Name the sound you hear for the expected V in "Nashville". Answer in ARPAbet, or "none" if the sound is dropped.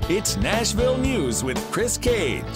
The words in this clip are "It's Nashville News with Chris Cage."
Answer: V